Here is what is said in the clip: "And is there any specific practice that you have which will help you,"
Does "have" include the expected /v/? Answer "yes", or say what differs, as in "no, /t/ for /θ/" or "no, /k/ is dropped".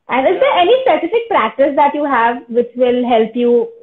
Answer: yes